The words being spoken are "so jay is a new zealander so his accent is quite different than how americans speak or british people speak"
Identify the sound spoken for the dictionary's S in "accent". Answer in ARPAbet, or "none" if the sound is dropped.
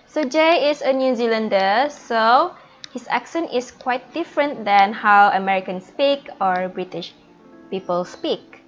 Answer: SH